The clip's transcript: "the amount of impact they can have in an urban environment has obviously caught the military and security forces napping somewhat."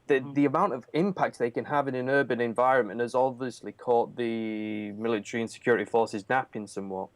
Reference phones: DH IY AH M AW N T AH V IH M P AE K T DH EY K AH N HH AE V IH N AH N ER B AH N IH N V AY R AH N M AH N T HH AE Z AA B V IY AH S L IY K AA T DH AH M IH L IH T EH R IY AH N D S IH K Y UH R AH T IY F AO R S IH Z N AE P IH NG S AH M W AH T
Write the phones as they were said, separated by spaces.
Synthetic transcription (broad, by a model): DH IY AH M AW N T AH V IH M P AE K T DH EY K AH N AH V IH N AH N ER B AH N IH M V AY R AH N M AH N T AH Z AA B V IY AH S L IY K AA T DH AH M IH L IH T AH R IY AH N S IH K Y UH R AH T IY F AO R S IH Z N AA P IH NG S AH M W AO T